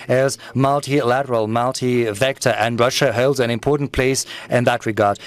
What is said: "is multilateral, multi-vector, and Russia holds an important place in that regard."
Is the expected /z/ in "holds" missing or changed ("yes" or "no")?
no